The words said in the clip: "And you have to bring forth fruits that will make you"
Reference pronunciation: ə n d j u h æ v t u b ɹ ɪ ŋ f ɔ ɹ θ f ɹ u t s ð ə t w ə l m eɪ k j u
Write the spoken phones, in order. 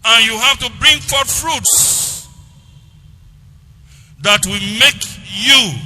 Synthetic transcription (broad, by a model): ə n j u h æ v t u b ɹ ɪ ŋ f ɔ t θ f ɹ u t s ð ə t w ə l m eɪ k j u